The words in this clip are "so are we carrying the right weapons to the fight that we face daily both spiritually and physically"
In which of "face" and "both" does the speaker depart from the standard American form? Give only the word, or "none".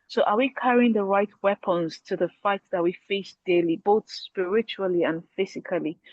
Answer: none